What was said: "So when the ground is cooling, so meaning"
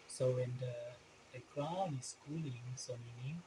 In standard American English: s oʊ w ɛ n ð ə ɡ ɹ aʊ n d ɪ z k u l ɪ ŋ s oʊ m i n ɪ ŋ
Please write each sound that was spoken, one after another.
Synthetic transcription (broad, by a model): s oʊ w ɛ n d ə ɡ ɹ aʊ n ɪ s k u l ɪ ŋ s oʊ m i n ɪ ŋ